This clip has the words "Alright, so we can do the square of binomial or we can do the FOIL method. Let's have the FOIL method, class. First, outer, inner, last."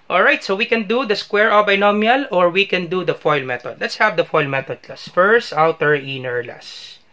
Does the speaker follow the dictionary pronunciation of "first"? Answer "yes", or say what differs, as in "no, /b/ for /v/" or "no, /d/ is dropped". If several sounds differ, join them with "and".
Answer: yes